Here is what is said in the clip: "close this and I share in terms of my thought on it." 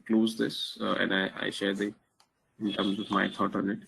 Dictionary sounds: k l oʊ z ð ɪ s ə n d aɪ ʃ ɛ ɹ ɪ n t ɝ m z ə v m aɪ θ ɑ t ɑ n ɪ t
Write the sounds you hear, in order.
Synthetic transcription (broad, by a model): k l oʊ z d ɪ s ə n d aɪ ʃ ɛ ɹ ɪ n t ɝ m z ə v m aɪ t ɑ t ɑ n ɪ t